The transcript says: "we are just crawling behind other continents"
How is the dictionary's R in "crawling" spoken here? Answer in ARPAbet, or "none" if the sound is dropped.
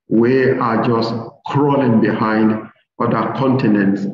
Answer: R